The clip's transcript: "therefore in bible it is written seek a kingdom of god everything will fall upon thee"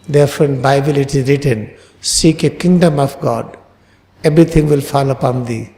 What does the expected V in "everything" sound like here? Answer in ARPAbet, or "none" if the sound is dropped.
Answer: B